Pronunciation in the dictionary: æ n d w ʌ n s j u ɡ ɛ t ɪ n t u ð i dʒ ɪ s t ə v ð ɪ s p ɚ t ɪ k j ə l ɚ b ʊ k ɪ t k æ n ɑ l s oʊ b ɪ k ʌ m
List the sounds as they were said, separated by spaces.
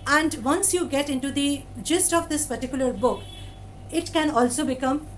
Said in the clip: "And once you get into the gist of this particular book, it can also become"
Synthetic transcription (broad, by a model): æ n d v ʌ n s j u ɡ ɛ t ɪ n t u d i dʒ ɪ s t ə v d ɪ s p ɚ t ɪ k j ə l ɚ b ʊ k ɪ t k æ n ɑ l s oʊ b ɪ k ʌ m